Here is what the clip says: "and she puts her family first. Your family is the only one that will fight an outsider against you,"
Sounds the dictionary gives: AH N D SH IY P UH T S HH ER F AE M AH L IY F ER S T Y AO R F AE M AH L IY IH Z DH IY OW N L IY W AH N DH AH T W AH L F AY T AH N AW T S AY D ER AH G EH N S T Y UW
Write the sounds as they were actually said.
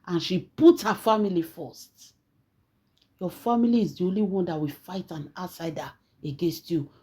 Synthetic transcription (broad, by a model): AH N SH IY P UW T HH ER F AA M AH L IY F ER S T Y AO F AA M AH L IY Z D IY OW N L IY W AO N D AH T W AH F AY T AH N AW T S AY D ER AH G EH N S T Y UW